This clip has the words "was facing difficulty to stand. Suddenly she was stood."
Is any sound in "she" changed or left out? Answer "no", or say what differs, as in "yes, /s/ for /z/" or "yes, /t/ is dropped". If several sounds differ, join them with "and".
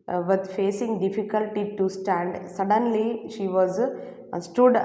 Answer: no